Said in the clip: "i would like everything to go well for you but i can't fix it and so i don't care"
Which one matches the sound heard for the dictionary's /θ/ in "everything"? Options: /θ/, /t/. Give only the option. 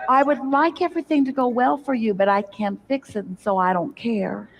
/θ/